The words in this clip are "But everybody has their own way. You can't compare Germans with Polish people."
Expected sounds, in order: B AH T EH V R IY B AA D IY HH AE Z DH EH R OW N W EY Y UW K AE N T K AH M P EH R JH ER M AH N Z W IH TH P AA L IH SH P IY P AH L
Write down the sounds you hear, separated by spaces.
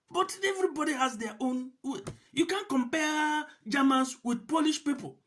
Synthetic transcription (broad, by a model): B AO T EH V R IY B AA D IY HH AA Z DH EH OW N W EY Y UW K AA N K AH M P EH JH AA M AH N S W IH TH P AA L IH SH P IY P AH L